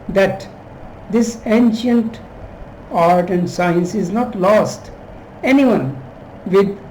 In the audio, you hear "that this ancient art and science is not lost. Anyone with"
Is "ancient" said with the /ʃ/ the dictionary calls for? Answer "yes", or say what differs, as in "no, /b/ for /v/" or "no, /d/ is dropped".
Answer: yes